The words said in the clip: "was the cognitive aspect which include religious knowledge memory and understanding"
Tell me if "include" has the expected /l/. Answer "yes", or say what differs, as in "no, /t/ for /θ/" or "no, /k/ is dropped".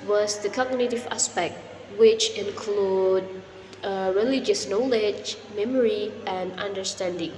yes